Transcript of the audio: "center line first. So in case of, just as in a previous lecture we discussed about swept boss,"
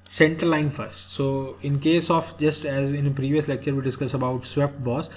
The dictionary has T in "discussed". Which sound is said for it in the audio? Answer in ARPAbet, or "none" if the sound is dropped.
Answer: none